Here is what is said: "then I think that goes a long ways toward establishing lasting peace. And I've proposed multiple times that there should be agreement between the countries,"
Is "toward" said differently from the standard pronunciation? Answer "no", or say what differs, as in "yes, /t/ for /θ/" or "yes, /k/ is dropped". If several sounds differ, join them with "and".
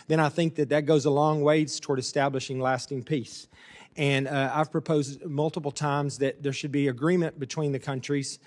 no